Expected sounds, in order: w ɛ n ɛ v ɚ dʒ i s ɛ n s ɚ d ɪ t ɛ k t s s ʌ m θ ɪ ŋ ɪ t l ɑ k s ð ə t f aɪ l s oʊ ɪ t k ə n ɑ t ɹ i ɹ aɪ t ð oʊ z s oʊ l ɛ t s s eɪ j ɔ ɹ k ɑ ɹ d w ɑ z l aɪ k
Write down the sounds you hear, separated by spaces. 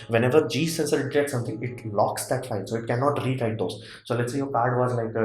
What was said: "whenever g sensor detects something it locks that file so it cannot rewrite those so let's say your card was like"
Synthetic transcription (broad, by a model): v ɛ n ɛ v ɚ dʒ i s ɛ n s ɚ d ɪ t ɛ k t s s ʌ m t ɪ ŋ ɪ t l ɑ k s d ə t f aɪ n s oʊ ɪ t k ə n ɑ t ɹ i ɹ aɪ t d oʊ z s oʊ l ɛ t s s eɪ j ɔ k ɑ ɹ d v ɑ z l aɪ k